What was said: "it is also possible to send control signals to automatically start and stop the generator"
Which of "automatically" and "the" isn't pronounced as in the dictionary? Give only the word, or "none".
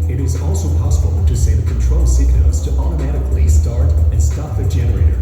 none